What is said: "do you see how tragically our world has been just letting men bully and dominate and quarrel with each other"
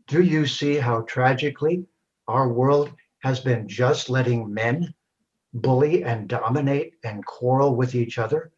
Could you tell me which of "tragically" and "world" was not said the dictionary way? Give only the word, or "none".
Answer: none